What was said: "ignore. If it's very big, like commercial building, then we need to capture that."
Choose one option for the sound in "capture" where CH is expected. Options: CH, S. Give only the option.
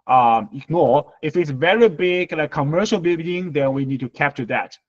CH